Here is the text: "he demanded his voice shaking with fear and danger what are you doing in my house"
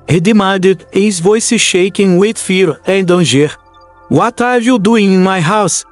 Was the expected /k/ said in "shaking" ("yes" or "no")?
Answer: yes